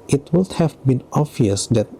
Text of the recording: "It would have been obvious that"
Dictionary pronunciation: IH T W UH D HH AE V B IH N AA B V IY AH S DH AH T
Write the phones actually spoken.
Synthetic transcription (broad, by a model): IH T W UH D HH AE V B IH N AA V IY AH S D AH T